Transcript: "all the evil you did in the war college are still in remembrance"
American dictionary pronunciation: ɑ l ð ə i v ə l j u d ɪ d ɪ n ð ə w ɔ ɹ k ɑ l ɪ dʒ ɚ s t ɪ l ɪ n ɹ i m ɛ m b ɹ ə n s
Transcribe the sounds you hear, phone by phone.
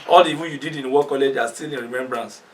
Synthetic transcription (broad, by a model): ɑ l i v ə n j u d ɪ d ɪ n w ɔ k ɑ l ɪ dʒ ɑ s t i l ɪ n ɹ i m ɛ m b ɹ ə n s